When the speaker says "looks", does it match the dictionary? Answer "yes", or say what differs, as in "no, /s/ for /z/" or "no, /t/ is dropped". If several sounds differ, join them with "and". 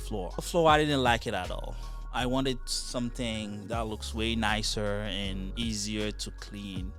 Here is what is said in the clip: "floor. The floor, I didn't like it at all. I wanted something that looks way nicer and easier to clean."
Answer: yes